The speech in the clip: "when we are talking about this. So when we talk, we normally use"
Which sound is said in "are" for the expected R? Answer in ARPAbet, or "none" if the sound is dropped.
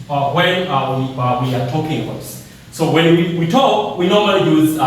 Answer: W